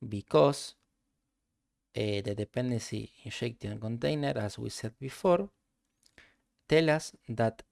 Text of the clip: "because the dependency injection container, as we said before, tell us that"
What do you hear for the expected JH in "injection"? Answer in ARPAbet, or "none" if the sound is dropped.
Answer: SH